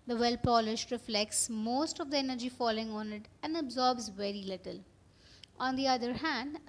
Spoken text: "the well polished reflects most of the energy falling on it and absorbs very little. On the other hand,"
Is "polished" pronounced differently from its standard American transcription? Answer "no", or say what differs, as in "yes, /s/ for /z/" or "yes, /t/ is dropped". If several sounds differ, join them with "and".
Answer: no